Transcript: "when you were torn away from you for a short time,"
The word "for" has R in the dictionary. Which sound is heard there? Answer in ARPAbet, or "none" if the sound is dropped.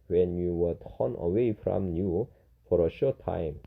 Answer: R